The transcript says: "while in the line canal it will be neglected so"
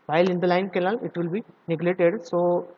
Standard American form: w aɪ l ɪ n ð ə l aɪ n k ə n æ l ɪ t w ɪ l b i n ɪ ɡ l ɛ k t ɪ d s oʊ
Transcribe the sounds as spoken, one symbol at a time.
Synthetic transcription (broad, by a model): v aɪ l ɪ n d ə l aɪ n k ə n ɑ l ɪ t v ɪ l b i n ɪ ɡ l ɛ t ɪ d s oʊ